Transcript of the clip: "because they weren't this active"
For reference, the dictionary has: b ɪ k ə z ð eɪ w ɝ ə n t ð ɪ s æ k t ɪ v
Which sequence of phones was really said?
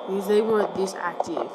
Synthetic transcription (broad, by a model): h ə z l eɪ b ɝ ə t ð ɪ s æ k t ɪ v